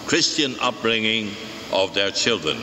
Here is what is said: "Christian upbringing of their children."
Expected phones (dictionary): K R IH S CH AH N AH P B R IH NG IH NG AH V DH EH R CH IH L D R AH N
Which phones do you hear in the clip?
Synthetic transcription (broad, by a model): K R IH S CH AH N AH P R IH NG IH NG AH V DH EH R CH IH L D R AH N